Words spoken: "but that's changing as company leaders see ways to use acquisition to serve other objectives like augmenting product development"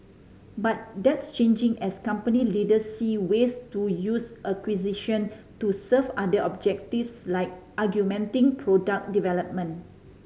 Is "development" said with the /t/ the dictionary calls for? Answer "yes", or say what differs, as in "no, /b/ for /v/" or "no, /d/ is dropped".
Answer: no, /t/ is dropped